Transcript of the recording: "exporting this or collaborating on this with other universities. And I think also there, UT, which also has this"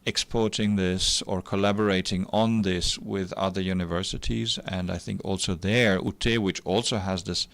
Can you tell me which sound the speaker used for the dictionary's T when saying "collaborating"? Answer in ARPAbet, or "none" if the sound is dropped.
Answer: T